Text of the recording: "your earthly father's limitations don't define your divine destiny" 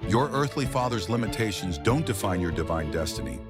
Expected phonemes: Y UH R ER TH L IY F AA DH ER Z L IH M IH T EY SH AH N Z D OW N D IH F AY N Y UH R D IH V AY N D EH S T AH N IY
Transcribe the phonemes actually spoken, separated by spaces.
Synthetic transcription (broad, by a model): Y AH R ER TH L IY F AA DH ER Z L IH M IH T EY SH AH N Z D OW N D IH F AY N Y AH R D IH V AY N D EH S T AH N IY